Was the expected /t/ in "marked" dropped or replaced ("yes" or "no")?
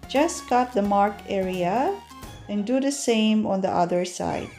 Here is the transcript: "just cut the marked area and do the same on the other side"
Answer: yes